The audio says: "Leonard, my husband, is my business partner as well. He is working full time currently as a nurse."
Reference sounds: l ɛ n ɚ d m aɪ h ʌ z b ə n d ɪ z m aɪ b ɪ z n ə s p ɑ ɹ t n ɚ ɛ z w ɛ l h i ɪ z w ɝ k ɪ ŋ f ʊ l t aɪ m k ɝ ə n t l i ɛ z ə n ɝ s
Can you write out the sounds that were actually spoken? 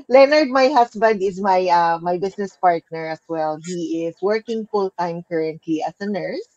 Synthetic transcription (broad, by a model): l ɛ n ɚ d m aɪ h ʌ s b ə n d ɪ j m aɪ b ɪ s n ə s p ɑ ɹ t n ɚ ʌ s w ɛ l h i ɪ s w ɝ k ɪ ŋ f ʊ l t aɪ m k ɝ ə n t l i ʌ s ə n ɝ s